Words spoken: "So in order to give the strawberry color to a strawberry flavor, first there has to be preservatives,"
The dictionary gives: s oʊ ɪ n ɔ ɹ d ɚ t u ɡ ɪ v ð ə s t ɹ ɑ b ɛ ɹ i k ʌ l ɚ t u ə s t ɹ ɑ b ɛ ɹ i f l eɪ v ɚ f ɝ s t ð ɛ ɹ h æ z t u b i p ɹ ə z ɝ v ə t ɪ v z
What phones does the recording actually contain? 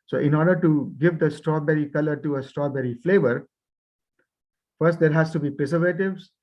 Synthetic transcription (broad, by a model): s oʊ ɪ n ɔ ɹ d ɚ t u ɡ ɪ v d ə s t ɹ ɑ b ɛ ɹ i k ʌ l ɚ t u ə s t ɹ ɑ b ɛ ɹ i f l eɪ v ɚ f ɝ s t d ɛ ɹ h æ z t u b i p ɹ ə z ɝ v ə t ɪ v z